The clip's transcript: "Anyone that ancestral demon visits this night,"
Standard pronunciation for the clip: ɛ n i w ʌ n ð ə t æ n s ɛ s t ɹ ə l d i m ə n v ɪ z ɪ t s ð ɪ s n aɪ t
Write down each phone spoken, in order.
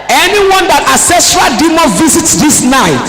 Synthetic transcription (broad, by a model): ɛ n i w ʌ n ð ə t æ s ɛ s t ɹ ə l d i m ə v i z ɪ t s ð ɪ s n aɪ t